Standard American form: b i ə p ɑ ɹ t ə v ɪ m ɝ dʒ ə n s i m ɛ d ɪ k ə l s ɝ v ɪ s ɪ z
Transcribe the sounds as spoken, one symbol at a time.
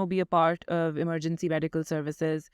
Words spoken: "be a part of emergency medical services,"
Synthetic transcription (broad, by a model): b i ə p ɑ ɹ t ə v ɪ m ɝ dʒ ə n s i m ɛ d ɪ k ə l s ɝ v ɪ s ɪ z